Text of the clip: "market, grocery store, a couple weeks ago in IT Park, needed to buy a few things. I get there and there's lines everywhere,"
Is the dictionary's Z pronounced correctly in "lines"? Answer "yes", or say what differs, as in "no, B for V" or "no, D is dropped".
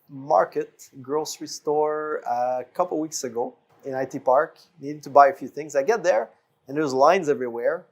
yes